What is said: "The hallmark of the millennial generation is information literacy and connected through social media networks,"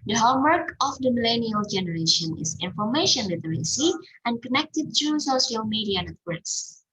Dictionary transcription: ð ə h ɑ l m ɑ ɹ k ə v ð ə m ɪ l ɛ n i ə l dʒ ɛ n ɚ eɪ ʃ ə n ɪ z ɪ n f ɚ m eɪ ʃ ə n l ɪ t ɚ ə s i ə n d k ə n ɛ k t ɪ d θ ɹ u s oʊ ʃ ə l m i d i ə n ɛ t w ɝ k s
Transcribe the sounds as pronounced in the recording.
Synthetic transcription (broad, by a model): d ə h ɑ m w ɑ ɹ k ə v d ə m ɪ l ɛ n i ə l dʒ ɛ n ɚ eɪ ʃ ə n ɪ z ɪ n f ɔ m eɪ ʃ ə n w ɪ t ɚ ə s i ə n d k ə n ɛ k t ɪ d t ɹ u s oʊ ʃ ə l m i d i ə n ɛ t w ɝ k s